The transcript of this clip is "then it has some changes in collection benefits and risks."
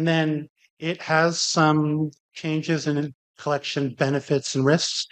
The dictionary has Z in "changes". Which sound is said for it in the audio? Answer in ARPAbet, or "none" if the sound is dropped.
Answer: Z